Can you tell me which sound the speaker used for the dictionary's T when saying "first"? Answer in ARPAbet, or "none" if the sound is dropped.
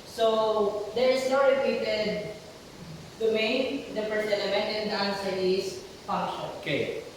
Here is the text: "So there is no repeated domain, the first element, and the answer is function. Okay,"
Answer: none